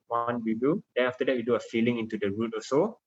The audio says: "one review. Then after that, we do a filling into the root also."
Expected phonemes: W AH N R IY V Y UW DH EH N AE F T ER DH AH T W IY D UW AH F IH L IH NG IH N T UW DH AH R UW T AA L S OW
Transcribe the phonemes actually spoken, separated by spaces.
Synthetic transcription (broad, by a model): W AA N W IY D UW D EH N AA F T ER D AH T W IY D UW AH F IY L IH NG IH N T UW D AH R UW T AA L S OW